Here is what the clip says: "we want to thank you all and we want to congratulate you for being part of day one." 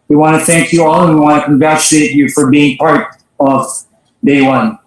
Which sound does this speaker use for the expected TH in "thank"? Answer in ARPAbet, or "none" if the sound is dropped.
TH